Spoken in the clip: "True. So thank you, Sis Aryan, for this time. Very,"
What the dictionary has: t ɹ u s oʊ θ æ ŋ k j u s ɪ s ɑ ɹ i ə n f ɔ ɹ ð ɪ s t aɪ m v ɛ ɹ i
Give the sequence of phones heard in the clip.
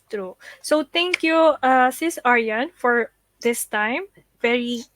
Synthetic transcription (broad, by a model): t ɹ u s oʊ t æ ŋ k j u s ɪ s ɑ ɹ i ə n f ɔ ɹ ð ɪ s t aɪ m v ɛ ɹ i